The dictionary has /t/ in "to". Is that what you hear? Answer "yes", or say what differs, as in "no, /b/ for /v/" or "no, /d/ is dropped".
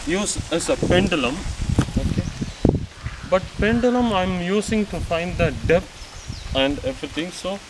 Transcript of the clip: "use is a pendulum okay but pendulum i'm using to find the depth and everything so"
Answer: yes